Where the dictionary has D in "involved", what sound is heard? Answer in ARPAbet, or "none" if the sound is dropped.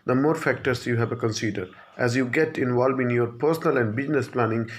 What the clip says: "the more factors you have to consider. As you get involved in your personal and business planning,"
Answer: none